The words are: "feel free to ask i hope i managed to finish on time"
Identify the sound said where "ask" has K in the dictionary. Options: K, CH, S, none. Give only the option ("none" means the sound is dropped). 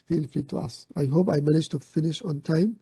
none